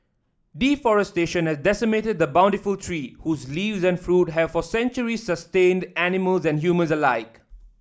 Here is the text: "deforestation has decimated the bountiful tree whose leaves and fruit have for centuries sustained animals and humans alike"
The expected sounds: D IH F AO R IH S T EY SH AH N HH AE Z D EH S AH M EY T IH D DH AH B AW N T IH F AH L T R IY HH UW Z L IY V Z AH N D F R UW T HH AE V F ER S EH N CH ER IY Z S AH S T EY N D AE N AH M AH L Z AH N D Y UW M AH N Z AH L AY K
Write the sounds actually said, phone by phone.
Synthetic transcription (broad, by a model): D IH F AO R IH S T EY SH AH N HH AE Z D EH S AH M EY T IH D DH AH B AW N T IH F AH L T R IY HH UW Z L IY V Z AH N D F R UW T HH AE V F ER S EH N CH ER IY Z S AH S T EY N D AE N AH M AH L Z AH N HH Y UW M AH N Z AH L AY K